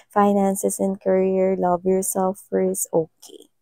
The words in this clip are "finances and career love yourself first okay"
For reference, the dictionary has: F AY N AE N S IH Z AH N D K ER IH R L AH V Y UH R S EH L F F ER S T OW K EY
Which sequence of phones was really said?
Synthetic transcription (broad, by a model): F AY N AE N S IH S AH N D K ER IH R L AH V Y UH R S EH L F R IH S OW K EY